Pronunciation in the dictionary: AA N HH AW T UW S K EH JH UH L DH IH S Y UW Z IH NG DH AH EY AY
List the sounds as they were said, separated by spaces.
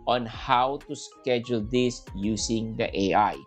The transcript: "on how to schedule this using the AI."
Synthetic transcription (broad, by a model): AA N HH AW T UW S K EH JH UH L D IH S Y UW S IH NG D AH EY AY